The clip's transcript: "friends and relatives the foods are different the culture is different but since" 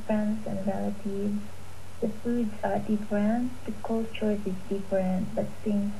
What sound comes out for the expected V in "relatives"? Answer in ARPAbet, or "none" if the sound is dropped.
none